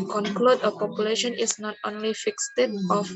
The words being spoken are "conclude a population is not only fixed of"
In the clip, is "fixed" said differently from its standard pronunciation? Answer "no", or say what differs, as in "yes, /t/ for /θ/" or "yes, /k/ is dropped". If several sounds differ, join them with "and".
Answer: no